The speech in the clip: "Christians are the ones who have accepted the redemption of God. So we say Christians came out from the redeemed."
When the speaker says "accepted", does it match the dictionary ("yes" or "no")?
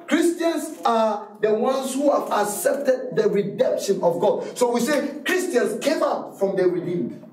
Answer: yes